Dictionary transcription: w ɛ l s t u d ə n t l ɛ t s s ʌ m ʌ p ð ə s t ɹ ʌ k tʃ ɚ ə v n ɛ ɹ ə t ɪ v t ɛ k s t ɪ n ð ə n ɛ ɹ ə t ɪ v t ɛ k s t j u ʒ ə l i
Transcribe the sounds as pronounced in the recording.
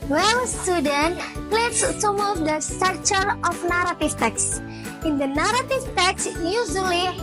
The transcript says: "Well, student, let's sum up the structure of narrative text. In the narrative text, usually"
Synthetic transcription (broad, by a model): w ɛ l s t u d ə n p l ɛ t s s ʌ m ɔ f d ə s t ʌ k tʃ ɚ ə f n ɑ ɹ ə t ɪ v t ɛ k s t ɪ n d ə n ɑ ɹ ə t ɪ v t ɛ k s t j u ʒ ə l i